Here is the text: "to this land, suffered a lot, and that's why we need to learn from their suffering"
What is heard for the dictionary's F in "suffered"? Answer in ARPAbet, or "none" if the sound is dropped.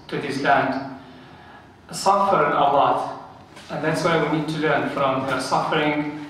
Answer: F